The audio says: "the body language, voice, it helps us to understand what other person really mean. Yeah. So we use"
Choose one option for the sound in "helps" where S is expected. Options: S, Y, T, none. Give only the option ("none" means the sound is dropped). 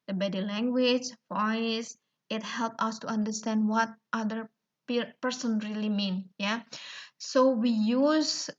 none